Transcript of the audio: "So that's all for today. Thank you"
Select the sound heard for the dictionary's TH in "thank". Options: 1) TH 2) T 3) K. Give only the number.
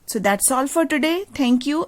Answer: 2